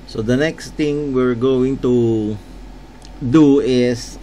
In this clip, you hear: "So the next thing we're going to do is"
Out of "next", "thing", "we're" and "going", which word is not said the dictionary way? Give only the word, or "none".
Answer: thing